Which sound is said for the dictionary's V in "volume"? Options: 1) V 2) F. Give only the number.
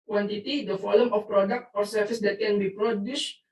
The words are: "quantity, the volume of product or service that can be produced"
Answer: 2